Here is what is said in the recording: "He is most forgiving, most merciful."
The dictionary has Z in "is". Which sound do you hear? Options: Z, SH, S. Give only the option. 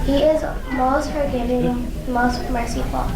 Z